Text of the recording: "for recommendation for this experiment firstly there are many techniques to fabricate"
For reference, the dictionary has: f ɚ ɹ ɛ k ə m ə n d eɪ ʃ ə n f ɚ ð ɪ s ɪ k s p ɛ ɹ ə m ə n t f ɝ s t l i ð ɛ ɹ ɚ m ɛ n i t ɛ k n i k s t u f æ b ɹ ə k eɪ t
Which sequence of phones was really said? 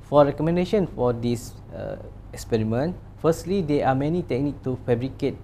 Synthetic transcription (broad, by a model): f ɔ ɹ ɛ k ə m ə n d eɪ ʃ ə n f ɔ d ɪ s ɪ k s p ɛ ɹ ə m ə n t f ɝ s t l i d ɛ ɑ m ɛ n i t ɛ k n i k t u f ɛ b ɹ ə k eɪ t